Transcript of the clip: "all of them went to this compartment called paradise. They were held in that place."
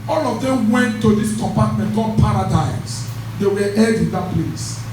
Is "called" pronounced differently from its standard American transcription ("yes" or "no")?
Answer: yes